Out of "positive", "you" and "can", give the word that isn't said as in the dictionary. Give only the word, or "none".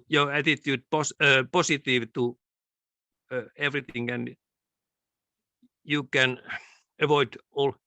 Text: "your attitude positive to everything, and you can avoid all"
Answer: positive